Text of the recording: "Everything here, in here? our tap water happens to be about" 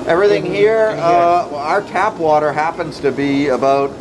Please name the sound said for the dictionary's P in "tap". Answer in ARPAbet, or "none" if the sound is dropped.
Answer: P